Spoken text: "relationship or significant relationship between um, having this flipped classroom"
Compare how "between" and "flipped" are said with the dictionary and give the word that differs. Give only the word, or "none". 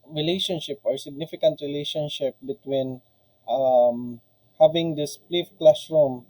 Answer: flipped